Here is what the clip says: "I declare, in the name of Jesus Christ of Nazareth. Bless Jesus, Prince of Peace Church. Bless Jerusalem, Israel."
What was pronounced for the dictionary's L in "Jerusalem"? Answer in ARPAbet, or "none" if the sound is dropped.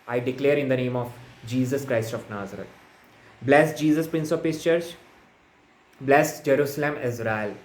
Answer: L